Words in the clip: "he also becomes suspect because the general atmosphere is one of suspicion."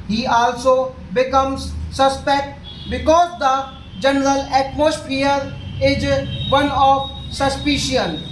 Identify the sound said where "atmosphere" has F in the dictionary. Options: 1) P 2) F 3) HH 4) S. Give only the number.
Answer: 1